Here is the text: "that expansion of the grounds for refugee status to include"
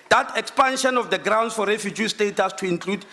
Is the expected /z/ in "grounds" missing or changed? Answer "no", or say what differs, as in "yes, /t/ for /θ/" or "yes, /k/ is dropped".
yes, /s/ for /z/